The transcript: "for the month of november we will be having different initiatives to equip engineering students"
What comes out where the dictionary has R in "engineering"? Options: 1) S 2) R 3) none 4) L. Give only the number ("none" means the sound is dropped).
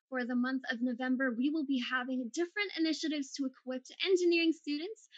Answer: 2